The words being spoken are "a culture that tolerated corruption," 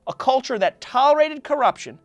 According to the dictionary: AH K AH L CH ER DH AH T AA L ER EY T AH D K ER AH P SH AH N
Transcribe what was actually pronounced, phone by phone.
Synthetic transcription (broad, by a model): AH K AH L CH ER DH AH T AA L ER EY T AH D K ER AH P SH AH N